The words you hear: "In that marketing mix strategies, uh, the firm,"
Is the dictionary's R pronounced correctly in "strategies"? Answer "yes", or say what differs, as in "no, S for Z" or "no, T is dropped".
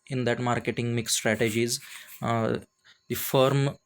yes